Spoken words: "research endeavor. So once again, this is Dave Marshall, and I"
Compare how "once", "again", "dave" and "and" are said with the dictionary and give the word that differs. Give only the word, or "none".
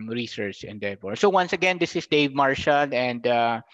none